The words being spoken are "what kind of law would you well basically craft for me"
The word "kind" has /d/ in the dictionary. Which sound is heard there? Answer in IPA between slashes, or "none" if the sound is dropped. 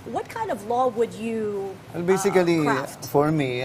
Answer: /d/